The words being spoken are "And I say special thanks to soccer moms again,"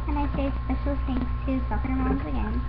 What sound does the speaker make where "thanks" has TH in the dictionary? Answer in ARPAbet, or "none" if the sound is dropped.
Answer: S